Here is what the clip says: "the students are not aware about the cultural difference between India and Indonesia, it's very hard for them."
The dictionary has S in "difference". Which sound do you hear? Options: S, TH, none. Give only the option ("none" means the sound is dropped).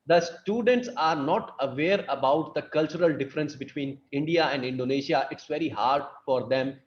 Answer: S